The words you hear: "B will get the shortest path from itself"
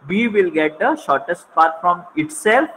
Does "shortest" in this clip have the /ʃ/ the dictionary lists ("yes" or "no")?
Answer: yes